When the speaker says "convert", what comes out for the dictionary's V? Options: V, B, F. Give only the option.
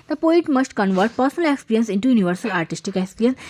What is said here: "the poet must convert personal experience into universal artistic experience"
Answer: V